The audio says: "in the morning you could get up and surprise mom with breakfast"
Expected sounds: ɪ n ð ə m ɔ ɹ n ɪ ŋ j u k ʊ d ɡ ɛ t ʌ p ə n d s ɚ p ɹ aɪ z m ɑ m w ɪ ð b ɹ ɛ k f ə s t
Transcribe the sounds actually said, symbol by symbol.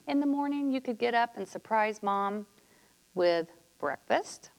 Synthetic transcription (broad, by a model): ɪ n ð ə m ɔ ɹ n ɪ ŋ j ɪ k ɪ d ɡ ɛ t ʌ p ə n s ɚ p ɹ aɪ z m ɑ m w ɪ ð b ɹ ɛ k f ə s t